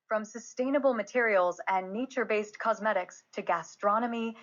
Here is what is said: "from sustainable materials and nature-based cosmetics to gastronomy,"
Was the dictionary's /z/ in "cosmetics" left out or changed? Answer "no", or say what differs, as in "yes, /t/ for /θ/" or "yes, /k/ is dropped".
no